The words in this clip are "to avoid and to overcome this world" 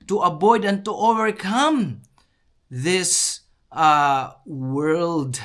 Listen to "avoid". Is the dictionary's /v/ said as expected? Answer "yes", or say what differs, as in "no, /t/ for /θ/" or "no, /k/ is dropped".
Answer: no, /b/ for /v/